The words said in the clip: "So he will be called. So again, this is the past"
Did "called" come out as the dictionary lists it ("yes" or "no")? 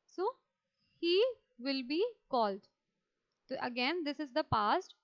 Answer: yes